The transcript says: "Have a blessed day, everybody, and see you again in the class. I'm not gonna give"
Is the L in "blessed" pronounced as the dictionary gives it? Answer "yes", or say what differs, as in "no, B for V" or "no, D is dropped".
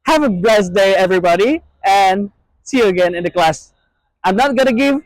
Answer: no, L is dropped